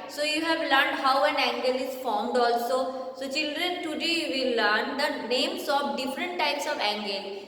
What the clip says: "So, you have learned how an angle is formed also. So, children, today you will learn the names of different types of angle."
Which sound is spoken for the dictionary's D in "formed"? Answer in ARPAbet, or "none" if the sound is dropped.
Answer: D